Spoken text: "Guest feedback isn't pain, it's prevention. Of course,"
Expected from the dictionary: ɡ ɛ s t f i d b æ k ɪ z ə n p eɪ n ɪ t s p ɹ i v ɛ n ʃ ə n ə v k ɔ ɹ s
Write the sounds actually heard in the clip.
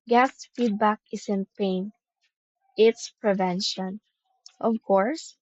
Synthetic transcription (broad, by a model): ɡ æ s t f i d b æ k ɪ s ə n p eɪ n ɪ t s p ɹ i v ɛ n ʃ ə n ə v k ɔ ɹ s